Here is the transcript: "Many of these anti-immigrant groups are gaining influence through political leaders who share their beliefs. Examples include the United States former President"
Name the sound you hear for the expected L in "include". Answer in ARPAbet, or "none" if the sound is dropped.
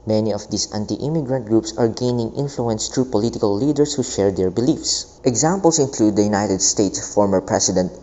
L